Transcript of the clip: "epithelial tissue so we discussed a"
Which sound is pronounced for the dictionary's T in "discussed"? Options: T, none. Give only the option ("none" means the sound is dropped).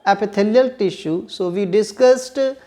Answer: T